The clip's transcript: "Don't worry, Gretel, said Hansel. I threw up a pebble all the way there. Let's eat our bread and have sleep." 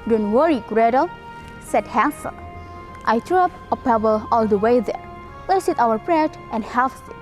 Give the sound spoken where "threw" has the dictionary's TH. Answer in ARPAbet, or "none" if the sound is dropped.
T